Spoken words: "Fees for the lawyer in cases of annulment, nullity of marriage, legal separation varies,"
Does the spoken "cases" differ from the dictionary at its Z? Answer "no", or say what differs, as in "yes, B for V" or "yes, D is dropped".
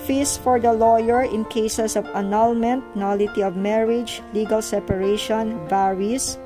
yes, S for Z